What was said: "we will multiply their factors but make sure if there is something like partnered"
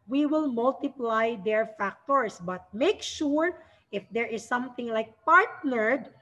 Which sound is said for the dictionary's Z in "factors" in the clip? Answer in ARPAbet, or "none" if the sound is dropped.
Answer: S